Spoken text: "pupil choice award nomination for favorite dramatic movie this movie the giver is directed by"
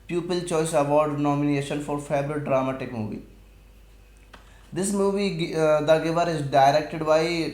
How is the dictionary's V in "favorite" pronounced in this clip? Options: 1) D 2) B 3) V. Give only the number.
2